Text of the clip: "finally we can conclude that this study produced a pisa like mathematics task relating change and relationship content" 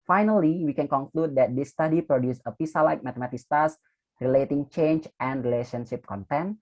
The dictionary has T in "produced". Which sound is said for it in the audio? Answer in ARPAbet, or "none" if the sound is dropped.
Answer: none